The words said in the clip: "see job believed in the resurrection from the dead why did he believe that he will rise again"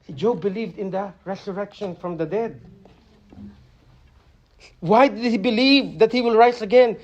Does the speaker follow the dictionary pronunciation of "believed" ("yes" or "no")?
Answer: yes